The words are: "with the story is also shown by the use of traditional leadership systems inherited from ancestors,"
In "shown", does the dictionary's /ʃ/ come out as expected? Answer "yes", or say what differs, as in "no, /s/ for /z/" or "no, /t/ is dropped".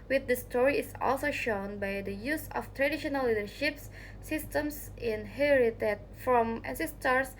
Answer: yes